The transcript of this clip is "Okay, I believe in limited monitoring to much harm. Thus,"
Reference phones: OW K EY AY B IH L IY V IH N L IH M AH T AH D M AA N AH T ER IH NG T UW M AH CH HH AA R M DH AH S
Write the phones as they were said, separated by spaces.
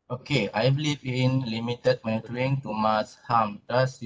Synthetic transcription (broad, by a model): OW K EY AY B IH L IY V IH N L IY M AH T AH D M AA N AH T ER IH NG T UW M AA S HH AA M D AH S